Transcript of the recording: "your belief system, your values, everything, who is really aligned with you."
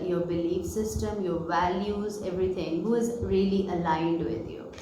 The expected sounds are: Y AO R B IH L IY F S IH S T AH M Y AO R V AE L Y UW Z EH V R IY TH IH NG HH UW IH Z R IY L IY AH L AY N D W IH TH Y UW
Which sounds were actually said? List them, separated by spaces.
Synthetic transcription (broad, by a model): Y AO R B IH L IY F S IH S T AH M Y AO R V AE L Y UW Z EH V R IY T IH NG HH UW IH Z R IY L IY AH L AY N D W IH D Y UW